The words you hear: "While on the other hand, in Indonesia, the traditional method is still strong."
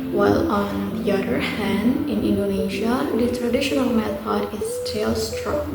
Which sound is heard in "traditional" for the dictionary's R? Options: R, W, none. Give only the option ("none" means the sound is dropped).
R